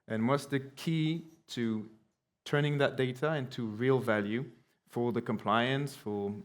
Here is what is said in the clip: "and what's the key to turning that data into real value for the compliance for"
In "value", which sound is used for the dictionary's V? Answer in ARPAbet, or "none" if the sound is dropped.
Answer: V